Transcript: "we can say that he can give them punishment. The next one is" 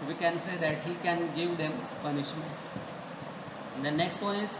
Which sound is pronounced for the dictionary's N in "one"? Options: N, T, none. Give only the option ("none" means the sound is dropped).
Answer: none